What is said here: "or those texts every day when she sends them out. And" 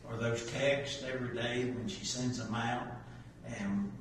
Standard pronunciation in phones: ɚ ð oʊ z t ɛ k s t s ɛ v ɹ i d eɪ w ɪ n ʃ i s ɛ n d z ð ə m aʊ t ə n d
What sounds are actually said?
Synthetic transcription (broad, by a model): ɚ ð oʊ z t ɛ k s t ɛ v ɹ i d eɪ w ɪ n ʃ i s ɛ n d z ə m aʊ t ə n